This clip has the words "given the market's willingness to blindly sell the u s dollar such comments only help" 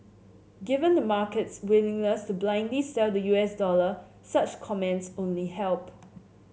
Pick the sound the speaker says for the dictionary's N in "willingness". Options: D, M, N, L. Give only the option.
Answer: L